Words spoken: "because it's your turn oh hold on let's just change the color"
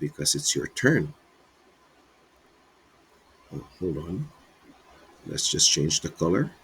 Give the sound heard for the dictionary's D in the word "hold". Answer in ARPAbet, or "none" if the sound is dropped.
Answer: D